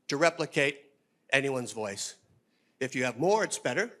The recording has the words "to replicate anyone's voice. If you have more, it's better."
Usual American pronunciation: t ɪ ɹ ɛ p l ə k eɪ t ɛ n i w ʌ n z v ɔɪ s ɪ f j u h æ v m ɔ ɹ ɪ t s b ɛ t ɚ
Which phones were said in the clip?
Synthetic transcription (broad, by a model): t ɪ ɹ ɛ p l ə k eɪ t ɛ n i w ʌ n z v ɔɪ s ɪ f j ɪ v m ɔ ɹ ɪ t s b ɛ t ɚ